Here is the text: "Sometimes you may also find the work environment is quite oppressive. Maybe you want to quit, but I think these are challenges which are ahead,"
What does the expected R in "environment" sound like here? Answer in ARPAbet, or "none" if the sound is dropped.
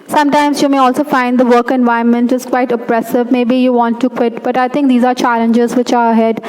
none